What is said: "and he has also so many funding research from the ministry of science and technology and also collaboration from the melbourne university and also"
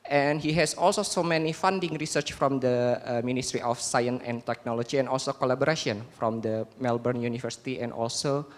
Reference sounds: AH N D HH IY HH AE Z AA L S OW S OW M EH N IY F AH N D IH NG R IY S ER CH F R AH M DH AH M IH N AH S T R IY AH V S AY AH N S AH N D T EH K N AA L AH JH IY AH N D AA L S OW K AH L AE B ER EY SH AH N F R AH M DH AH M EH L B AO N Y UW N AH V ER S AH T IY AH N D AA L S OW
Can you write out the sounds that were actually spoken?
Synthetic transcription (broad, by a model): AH N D HH IY HH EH S AA L S OW S OW M EH N IY F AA N D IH NG R IY S ER CH F R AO M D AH M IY N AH S T R IY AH F S AY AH N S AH N T EH K N AA L AH JH IY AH N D AA L S OW K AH L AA B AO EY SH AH N F R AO M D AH M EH L B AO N Y UW N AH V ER S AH T IY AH N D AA L S OW